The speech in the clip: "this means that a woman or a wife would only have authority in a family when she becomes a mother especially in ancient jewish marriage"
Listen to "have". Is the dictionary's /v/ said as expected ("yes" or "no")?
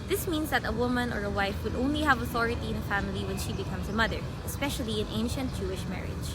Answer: yes